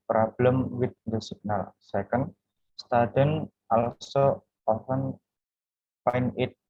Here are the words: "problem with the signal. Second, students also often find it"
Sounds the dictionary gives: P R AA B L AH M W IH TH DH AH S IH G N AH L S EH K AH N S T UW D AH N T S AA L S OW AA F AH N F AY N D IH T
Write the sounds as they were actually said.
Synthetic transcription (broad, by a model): P R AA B L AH M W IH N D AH S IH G N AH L S EH K AH N S T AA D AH N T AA L S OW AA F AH N P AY N IH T